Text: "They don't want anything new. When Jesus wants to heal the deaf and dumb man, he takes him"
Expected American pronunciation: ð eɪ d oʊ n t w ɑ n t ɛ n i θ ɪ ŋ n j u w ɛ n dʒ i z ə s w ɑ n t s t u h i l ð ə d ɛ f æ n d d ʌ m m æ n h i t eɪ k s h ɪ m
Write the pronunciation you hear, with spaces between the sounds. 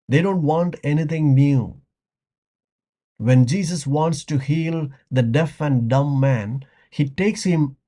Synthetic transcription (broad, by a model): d eɪ d oʊ n t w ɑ n t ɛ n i t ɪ ŋ n j u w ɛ n dʒ i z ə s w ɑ n t s t u h i l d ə d ɛ f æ n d d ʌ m m æ n h i t eɪ k s h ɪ m